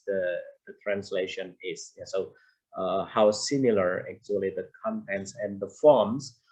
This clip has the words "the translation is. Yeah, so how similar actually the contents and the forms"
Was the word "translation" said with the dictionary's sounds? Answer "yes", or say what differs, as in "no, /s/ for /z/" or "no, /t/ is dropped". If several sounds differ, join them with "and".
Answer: yes